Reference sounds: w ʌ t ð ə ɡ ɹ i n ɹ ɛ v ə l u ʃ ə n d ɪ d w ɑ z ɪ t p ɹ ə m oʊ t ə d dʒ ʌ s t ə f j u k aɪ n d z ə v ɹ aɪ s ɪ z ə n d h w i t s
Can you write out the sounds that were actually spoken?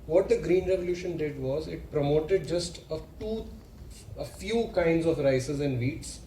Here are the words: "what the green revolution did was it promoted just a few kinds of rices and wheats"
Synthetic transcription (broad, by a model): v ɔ t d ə ɡ ɹ i n ɹ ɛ v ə l u ʃ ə n d ɪ d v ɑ z ɪ t p ɹ ə m oʊ t ə d dʒ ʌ s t ə f j u k aɪ n d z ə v ɹ aɪ s ɪ z ə n d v i t s